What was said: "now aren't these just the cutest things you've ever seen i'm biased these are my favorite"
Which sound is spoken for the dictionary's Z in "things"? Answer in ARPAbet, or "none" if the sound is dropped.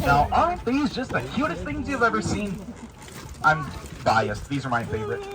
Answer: Z